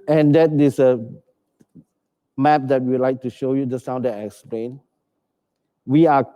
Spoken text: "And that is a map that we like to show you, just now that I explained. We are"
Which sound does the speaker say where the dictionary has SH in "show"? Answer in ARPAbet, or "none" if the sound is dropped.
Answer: SH